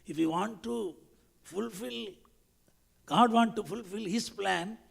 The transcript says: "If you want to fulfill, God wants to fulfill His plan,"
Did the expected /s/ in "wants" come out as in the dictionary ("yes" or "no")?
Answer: no